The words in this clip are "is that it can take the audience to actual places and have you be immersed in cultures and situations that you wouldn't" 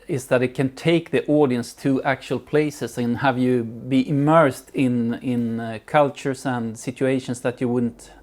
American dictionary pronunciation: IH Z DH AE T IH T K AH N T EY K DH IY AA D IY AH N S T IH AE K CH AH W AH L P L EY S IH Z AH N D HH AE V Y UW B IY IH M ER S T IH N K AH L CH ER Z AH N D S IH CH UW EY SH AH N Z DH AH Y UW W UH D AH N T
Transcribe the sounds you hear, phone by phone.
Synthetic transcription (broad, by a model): IH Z DH AE T IH T K AH N T EY K DH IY AA D IY AH N S T IH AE K CH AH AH L P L EY S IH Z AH N HH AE V Y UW B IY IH M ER S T IH N K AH L CH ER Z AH N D S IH CH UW EY SH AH N S DH AH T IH W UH D N T